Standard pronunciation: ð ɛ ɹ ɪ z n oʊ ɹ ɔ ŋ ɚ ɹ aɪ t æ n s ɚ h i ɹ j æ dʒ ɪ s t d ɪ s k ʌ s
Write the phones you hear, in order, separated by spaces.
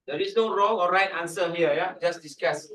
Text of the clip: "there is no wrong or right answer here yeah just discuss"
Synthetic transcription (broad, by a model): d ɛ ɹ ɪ s n oʊ ɹ ɔ ŋ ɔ ɹ aɪ t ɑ n s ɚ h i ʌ j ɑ dʒ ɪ s d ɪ s k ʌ s